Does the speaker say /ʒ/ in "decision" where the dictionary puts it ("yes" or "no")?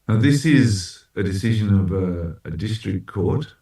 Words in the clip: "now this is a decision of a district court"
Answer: yes